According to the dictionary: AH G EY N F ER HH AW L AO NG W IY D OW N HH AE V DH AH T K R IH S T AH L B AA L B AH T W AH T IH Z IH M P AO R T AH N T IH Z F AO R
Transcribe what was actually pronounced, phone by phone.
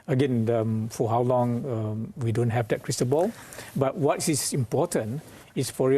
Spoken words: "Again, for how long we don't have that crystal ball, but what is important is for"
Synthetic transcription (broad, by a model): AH G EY N F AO HH AW L AO NG W IY D OW N HH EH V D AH T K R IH S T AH N B AA L B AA T W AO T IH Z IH M P AO T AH N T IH S F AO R